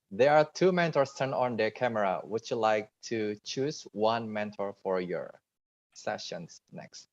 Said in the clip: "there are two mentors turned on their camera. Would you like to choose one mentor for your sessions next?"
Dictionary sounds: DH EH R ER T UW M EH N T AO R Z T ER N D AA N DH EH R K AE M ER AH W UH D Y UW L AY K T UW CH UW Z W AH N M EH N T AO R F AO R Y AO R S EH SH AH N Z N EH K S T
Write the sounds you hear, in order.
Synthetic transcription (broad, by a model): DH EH R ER T UW M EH N T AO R S T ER N AA N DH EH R K AE M ER AH W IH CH Y UW L AY K T UW CH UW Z W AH N M EH N T AO R F AO R Y AO R S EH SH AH N S N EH K S T